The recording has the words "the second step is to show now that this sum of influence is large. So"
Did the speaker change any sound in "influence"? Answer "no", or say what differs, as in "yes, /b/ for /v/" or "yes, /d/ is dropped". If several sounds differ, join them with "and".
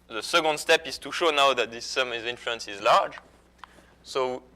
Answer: no